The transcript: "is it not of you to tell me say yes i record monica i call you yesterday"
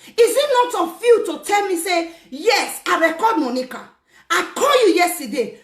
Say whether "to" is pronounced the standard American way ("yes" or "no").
yes